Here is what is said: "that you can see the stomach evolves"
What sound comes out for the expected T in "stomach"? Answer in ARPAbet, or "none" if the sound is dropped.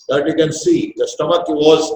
T